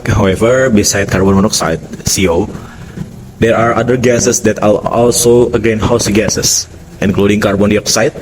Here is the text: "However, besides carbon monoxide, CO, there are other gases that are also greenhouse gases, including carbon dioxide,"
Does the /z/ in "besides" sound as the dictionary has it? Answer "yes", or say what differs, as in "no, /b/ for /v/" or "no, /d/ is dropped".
no, /z/ is dropped